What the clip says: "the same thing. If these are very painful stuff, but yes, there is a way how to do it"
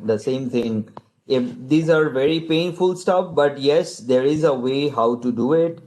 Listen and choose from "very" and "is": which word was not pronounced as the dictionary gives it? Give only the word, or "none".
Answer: none